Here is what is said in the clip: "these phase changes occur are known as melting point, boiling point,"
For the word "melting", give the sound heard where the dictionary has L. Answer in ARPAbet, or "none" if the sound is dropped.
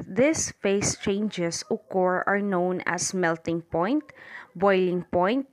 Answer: L